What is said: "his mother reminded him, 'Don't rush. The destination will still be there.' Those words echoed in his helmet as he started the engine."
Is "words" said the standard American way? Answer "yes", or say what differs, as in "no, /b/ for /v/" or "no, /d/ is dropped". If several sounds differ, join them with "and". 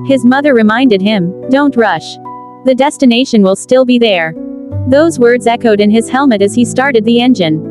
yes